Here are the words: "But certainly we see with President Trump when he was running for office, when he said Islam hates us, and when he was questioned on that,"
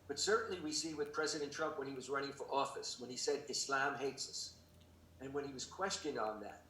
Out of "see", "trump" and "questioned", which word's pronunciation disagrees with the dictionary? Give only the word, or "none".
none